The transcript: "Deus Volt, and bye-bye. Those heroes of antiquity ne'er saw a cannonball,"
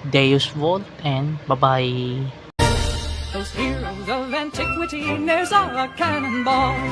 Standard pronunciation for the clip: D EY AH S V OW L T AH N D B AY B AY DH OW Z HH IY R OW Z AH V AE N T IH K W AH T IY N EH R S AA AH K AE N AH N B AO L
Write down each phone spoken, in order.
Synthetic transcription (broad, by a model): D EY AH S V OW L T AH N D B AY B AY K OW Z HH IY L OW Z AH V AE N T IH K W AH T IY N EH R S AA AH K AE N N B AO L